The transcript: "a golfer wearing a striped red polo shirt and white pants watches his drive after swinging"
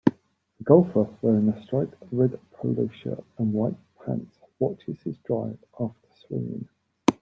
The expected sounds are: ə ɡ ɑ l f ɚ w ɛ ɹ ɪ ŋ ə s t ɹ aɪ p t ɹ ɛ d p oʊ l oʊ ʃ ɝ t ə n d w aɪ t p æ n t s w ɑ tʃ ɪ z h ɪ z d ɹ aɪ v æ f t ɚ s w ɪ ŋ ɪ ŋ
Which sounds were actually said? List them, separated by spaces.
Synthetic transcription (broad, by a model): ə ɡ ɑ l f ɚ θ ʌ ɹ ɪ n ə s t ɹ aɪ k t ɹ ɛ d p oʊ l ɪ ʃ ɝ ə n w aɪ t p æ n t s w ɑ tʃ ɪ z h ɪ z d ɹ aɪ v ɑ f t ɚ s w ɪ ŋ ɪ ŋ